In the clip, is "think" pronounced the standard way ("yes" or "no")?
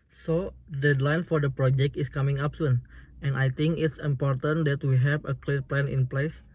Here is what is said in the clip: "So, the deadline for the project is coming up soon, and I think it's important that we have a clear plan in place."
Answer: no